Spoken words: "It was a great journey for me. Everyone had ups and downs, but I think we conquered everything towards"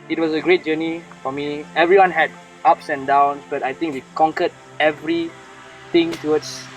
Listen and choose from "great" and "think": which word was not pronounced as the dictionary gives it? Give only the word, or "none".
think